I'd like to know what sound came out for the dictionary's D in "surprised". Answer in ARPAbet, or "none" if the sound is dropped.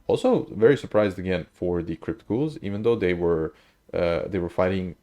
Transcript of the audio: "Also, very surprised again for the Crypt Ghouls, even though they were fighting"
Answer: D